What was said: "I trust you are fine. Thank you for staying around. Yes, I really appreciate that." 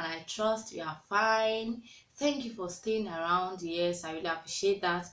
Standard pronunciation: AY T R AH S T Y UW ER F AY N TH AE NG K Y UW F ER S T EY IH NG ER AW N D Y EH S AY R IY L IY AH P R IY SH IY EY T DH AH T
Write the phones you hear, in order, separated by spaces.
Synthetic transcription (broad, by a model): AY T R AH S T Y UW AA F AY N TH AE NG K Y UW F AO S T EY IH NG ER AW N D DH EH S AY W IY L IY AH P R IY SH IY EY T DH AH T